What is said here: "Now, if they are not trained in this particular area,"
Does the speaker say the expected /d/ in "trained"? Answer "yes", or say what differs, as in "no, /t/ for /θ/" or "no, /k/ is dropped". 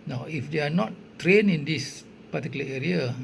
no, /d/ is dropped